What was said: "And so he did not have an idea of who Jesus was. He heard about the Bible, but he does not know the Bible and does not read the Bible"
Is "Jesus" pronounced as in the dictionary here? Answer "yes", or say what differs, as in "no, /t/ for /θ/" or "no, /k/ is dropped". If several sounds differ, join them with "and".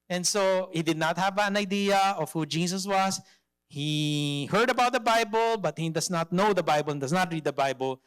no, /s/ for /z/